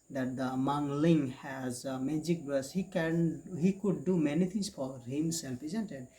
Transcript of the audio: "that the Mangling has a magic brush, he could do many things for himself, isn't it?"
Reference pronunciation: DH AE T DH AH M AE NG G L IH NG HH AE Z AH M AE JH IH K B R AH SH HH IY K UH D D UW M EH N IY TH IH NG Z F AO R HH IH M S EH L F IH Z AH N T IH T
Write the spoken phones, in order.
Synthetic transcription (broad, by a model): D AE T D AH M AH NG L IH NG HH AE Z M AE JH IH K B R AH S HH IY K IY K D UW M EH N IY T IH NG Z F AO R HH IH M S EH L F IH Z AH N T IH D